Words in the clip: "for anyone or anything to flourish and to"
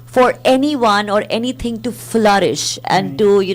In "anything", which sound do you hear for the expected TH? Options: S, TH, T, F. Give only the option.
T